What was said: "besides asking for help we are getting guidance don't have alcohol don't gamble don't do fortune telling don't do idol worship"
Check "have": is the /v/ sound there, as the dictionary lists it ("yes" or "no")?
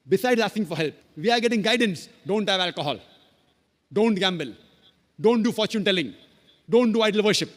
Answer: yes